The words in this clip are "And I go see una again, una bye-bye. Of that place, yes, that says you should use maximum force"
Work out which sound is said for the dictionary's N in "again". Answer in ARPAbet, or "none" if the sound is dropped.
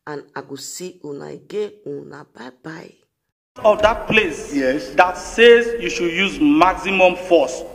none